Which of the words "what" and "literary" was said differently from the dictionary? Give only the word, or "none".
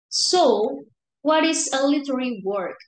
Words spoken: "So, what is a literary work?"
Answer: literary